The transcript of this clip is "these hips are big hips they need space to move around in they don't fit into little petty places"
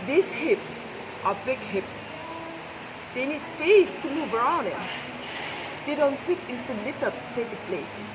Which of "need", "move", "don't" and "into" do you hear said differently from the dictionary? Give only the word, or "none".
move